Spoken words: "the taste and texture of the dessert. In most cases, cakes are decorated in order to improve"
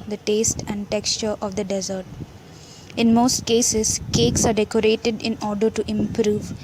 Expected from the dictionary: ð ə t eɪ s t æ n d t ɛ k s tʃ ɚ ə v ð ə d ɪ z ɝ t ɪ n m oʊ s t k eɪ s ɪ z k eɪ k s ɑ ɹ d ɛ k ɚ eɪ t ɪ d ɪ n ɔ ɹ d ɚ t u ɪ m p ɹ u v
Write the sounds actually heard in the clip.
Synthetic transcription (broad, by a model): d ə t eɪ s t æ n d t ɛ k s tʃ ɚ ə v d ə d ɪ z ɝ t ɪ n m oʊ s t k eɪ s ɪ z k eɪ k s ɑ ɹ d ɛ k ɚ eɪ t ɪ d ɪ n ɔ ɹ d ɚ t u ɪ m p ɹ u v